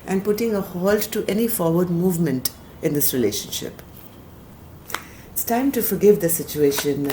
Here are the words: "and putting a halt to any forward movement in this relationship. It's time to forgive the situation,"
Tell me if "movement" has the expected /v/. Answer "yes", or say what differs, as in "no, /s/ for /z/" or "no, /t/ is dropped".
yes